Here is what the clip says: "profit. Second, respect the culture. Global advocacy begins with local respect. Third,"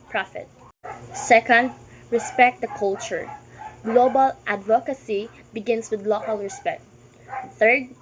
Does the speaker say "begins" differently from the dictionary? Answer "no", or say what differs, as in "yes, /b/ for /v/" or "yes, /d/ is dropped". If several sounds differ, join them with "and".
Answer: yes, /s/ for /z/